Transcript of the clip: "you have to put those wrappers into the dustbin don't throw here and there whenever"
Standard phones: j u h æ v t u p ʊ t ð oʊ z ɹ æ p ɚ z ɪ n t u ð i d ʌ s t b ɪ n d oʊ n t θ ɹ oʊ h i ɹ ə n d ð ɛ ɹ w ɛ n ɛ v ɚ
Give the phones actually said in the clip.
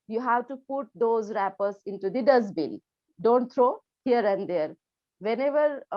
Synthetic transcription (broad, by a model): j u h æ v t u p ʊ t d oʊ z ɹ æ p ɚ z ɪ n t u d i d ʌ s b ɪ l d oʊ n t t ɹ oʊ h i ɹ ə n d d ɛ ɹ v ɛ n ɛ v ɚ